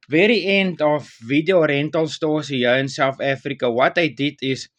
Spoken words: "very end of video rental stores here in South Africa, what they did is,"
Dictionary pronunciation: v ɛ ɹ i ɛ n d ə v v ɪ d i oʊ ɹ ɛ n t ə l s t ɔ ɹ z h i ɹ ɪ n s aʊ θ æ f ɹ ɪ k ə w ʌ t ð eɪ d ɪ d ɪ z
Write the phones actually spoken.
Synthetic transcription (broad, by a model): v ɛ ɹ i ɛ n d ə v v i d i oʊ ɹ ɛ n t ə l s t ɔ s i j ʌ w ɪ n s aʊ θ æ f ɹ ɪ k ə w ʌ t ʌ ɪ d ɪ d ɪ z